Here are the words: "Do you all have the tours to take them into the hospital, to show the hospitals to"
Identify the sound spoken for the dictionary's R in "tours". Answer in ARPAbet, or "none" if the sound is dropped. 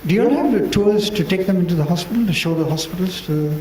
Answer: L